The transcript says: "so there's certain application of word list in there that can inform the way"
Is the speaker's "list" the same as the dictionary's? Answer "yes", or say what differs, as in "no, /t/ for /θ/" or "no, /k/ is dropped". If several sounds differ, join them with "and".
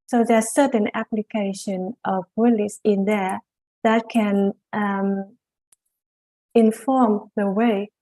no, /t/ is dropped